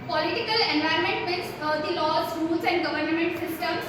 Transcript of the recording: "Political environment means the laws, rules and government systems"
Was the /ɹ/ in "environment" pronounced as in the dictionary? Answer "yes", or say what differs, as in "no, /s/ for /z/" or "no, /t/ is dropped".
no, /ɹ/ is dropped